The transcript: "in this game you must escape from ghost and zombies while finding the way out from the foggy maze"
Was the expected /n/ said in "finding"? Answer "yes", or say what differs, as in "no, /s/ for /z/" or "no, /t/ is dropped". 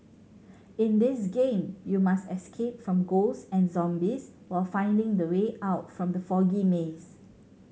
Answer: yes